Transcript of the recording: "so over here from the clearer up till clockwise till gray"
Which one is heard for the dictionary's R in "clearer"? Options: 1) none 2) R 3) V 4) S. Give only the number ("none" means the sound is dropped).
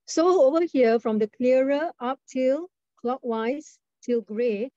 1